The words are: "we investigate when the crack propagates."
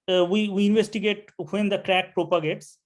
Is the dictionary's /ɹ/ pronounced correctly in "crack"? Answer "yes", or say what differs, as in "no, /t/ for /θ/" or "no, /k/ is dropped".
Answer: yes